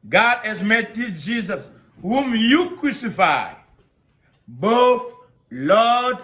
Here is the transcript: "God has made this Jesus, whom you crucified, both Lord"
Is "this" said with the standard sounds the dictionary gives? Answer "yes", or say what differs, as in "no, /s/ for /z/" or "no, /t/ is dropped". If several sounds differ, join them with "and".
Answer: no, /s/ is dropped